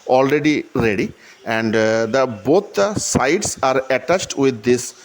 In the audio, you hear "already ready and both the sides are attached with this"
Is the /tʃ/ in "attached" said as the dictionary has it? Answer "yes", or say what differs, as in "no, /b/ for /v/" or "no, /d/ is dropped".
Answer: yes